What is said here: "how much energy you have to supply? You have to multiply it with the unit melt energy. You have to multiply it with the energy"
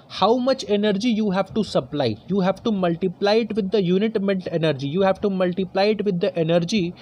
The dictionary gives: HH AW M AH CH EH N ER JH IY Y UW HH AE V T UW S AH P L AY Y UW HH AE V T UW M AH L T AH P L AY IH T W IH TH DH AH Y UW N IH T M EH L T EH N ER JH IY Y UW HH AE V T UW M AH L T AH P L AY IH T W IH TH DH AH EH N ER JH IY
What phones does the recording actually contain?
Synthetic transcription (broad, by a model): HH AW M AH CH EH N ER JH IY Y UW HH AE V T UW S AH P L AY Y UW HH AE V T UW M AH L T AH P L AY IH T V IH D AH Y UW N IH T M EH N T EH N ER JH IY Y UW HH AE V T UW M AH L T AH P L AY IH T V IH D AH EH N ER JH IY